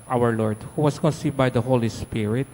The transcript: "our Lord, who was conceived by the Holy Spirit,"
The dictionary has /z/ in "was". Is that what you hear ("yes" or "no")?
no